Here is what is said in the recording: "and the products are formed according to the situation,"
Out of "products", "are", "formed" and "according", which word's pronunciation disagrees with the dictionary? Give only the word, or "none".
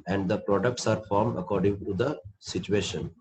none